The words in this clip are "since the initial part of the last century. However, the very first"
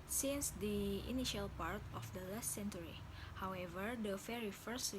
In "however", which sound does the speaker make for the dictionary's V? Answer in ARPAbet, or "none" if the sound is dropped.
V